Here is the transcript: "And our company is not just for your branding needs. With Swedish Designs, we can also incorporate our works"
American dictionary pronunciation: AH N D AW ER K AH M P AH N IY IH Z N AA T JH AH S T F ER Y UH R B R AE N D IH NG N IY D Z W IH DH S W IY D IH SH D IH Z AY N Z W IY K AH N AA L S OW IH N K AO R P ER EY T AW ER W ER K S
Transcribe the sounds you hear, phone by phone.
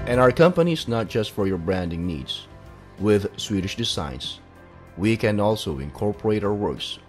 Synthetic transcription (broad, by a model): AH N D AW ER K AH M P AH N IY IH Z N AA T JH AH S T F ER Y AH R B R AE N D IH NG N IY D Z W IH DH S W IY D IH SH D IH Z AY N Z W IY K AH N AA L S OW IH N K AO R P ER EY T AW ER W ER K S